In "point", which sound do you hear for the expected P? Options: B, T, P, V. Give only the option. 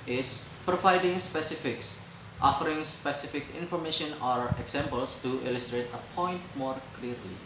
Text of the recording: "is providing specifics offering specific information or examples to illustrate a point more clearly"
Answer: P